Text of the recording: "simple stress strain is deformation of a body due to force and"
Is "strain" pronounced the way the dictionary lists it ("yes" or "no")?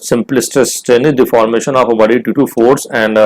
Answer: no